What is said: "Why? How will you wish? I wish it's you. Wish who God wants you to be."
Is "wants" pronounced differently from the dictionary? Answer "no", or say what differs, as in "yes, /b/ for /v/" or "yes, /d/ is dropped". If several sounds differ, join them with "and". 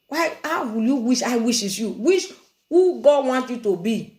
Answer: yes, /s/ is dropped